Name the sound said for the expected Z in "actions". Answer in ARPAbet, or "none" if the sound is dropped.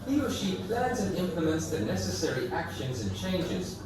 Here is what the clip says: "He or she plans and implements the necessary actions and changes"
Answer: Z